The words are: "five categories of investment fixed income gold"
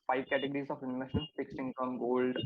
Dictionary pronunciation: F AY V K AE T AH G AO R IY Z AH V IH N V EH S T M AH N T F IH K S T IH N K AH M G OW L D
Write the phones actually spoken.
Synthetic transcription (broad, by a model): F AY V K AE T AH G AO R IY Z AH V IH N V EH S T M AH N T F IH K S IH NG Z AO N G OW L D